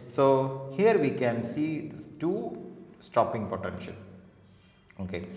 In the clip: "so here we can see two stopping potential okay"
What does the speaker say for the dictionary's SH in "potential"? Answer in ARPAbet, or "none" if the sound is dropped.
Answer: SH